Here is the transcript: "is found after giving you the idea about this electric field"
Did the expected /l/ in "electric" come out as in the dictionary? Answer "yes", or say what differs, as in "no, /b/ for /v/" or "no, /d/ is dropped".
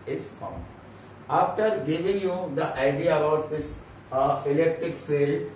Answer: yes